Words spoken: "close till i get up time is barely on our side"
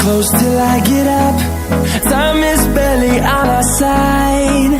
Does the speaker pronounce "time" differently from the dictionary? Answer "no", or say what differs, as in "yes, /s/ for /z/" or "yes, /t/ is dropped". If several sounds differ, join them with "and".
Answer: yes, /s/ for /t/